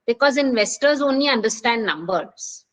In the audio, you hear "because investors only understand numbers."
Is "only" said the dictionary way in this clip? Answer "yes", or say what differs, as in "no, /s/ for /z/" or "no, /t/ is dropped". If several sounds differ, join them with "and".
yes